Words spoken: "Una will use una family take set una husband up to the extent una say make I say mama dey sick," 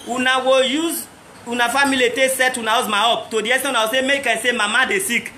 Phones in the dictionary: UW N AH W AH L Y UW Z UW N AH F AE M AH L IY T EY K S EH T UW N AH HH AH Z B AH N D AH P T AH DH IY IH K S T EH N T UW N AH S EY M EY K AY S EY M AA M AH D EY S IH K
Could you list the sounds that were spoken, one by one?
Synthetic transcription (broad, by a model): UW N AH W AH Y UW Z UW N AH F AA M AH L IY T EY S EH T UW N AH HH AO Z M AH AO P T AH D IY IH S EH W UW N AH S EY M EY K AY S EY M AA M AH D EY S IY K